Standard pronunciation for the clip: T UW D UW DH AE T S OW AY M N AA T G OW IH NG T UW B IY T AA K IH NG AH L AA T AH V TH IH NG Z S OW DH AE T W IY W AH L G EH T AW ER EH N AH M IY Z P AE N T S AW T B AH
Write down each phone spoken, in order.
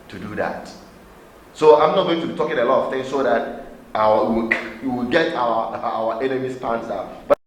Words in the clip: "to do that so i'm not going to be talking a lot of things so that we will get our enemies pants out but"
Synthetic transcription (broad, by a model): T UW D UW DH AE T S OW AY M N AA T G OW IH NG T UW B IY T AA K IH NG AH L AA T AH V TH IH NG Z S OW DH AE T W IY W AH W G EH T AW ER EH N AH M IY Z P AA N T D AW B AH